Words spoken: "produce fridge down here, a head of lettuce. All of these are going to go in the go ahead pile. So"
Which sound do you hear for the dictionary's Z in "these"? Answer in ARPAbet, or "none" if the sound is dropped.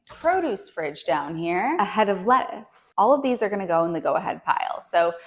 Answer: Z